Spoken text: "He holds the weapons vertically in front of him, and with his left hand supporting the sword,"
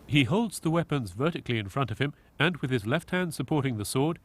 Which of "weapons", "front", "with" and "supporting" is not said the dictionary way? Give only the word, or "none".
none